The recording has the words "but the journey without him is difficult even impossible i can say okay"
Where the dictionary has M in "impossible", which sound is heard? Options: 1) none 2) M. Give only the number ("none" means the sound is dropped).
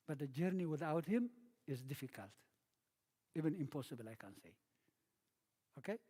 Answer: 2